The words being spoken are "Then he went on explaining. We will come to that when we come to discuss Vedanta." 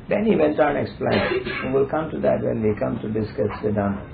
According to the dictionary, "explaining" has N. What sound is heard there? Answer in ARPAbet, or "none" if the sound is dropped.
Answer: none